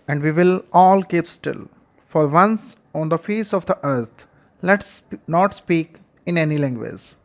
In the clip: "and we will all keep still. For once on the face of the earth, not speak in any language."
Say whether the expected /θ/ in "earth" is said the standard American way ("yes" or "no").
no